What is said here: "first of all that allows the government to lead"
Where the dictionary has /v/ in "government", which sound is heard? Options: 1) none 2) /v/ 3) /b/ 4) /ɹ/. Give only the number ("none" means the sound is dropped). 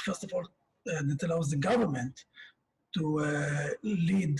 2